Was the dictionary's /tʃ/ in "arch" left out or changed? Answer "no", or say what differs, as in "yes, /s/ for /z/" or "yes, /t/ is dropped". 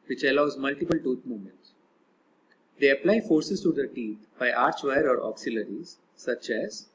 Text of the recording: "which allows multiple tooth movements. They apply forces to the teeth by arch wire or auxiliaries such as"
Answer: no